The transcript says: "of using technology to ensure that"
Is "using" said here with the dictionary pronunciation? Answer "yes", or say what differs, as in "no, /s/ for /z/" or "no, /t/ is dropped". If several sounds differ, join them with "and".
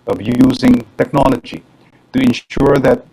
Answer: yes